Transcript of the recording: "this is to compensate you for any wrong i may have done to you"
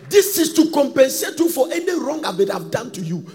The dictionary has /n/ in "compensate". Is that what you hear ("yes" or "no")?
yes